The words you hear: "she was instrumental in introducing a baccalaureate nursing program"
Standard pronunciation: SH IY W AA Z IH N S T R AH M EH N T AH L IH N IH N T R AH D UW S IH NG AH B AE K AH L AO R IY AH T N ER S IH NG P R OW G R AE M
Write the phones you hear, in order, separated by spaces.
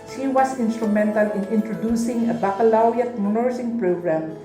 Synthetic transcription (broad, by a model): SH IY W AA S IH N S T R AH M EH N T AH L IH N IH N T R AH D UW S IH NG AH B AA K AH L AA W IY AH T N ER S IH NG P R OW G R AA M